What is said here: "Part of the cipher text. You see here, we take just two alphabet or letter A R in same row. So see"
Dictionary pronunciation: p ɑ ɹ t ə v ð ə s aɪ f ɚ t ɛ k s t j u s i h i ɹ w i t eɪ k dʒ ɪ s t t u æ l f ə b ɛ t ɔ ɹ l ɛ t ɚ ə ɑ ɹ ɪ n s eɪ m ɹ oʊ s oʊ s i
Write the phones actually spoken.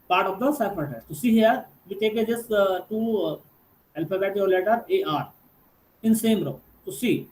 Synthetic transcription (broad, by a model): p ɑ ɹ t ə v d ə s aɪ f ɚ t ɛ s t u s i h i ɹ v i t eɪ k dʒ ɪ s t t u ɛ l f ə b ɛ t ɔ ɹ l ɛ t ɚ ə ɑ ɹ ɪ n s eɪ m ɹ oʊ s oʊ s i